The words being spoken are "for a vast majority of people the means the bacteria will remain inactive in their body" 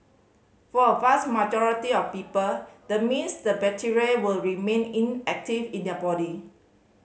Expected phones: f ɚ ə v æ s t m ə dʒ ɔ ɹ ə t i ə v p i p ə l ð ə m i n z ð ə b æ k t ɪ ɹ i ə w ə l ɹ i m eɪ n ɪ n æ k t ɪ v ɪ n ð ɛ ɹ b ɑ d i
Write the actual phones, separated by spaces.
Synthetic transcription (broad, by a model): f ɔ ə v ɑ s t m ə dʒ ɔ ɹ ə t i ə f p i p ə l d ə m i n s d ə b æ t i ɹ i w ə l ɹ i m eɪ n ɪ n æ k t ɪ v ɪ n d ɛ b ɑ d i